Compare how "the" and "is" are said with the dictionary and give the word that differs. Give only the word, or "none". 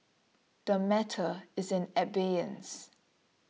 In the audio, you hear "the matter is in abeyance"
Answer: none